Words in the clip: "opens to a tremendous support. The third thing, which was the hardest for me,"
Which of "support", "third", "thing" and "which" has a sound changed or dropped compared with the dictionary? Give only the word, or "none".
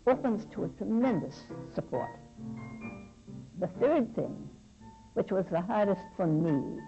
none